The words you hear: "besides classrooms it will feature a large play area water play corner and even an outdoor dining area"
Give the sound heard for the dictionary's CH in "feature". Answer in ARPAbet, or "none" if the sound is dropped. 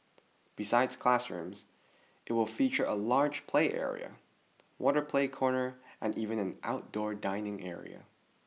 CH